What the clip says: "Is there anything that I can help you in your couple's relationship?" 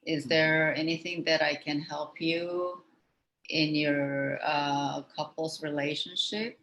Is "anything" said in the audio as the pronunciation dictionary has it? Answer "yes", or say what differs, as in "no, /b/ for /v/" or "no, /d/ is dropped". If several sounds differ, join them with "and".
yes